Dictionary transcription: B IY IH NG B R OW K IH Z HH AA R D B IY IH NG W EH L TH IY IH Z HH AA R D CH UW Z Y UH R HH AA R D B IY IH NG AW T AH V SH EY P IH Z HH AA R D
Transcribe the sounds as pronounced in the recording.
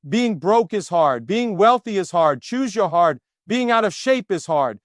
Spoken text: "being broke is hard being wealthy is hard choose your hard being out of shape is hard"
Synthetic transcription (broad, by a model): B IY IH NG B R OW K IH Z HH AA R D B IY IH NG W EH L TH IY IH Z HH AA R D CH UW Z Y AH R HH AA R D B IY IH NG AW T AH V SH EY P IH Z HH AA R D